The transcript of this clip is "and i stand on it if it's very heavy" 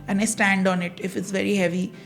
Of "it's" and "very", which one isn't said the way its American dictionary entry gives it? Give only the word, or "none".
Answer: none